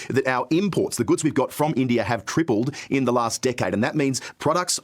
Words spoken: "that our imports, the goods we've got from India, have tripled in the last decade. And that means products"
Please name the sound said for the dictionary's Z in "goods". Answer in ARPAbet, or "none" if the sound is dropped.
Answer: Z